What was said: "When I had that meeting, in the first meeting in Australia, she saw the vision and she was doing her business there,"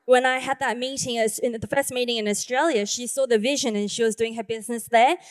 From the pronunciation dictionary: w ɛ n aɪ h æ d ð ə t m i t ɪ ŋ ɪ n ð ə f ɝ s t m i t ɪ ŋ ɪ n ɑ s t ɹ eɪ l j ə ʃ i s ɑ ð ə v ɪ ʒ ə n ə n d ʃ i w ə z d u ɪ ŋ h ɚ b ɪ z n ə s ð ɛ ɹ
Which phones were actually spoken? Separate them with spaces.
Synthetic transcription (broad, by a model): w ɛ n aɪ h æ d ð ə t m i t ɪ ŋ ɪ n ð ə f ɝ s t m i t ɪ ŋ ɪ n ɑ s t ɹ eɪ l j ə ʃ i s ɑ ð ə v ɪ ʒ ə n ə n ʃ i w ə z d u ɪ ŋ h ɚ b ɪ z n ə s ð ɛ ɹ